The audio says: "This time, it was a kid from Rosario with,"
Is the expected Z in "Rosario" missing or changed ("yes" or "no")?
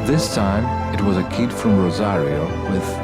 no